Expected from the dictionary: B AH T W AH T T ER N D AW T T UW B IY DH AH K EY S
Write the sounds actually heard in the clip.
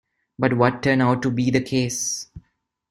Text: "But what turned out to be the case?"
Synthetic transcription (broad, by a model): B AH T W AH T T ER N AW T T UW B IY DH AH K EY S